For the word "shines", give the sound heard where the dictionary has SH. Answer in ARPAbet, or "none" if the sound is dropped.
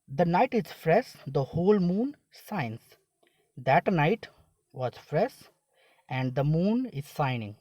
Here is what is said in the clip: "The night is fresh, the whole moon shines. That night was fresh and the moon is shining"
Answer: S